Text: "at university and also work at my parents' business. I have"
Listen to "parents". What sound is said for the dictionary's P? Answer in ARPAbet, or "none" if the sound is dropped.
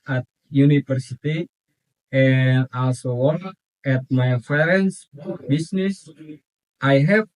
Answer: F